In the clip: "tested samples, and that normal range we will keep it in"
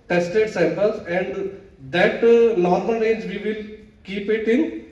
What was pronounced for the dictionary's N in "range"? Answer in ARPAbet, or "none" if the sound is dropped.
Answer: none